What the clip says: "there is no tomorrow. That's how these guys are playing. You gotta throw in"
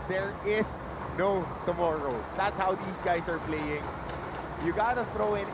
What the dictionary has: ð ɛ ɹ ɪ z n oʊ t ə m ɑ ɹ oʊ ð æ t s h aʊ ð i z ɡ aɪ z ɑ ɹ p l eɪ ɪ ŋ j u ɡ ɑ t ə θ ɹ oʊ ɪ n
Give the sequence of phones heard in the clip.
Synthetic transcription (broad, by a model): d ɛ ɹ ɪ s n oʊ t ə m ɑ ɹ oʊ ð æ t s h aʊ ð i s ɡ aɪ s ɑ ɹ p l eɪ ɪ ŋ j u ɡ ɑ t ə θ ɹ oʊ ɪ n